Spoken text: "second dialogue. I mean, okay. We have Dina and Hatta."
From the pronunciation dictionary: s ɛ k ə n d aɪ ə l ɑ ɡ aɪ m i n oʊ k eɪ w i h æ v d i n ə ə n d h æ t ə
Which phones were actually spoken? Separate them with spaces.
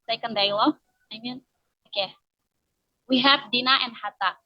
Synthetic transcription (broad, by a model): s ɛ k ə n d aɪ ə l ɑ aɪ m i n oʊ k eɪ w i h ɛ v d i n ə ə n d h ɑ t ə